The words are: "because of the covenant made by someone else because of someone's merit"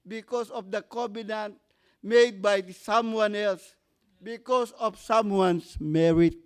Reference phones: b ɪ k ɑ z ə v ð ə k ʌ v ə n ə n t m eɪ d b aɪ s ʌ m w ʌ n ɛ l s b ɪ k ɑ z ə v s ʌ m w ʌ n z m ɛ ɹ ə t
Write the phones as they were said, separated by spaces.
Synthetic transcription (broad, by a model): b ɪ k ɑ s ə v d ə k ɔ b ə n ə n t m eɪ d b aɪ s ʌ m w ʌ n ɛ l s b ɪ k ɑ s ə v s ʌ m w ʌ n s m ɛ ɹ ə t